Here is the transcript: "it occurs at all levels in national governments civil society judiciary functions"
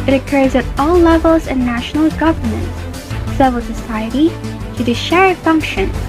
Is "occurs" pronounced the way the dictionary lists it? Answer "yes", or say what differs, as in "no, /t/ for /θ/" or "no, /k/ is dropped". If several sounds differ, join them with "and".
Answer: yes